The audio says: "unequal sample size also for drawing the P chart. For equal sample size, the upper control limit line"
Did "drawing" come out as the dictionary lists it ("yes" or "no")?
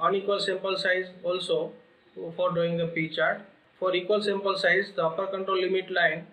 no